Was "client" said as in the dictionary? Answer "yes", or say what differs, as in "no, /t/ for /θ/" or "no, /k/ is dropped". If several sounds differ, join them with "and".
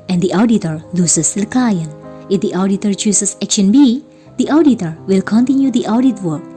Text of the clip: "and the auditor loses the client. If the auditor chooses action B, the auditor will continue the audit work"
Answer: no, /t/ is dropped